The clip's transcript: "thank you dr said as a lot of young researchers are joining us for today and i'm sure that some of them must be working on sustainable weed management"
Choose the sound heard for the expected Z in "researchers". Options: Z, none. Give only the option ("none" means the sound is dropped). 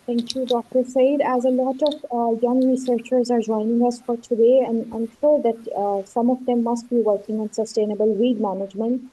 Z